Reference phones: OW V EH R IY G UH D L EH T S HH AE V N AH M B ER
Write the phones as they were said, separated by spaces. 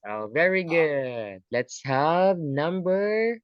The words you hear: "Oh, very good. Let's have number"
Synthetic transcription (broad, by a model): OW V EH R IY G UH D L EH T S HH AE V N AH M B ER